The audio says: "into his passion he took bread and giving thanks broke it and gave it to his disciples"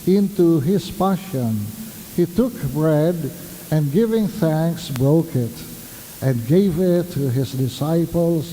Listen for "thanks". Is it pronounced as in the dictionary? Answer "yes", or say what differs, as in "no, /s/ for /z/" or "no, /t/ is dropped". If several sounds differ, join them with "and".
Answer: yes